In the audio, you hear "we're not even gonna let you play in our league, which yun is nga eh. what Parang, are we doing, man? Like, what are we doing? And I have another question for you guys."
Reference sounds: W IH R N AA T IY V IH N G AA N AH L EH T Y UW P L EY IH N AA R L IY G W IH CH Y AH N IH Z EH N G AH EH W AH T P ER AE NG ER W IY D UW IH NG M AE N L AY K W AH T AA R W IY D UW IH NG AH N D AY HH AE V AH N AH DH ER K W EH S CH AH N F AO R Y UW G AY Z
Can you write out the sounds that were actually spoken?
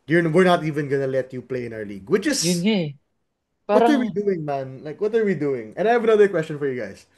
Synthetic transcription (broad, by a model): W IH R N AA T IY V IH N G AA N AH L EH T Y UW P L EY IH N AA R L IY G W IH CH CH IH S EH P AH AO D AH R W IY D UW IH NG M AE N L AY K W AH T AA R W IY D UW IH NG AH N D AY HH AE V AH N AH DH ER K W EH S CH AH N F AO R Y UW G AY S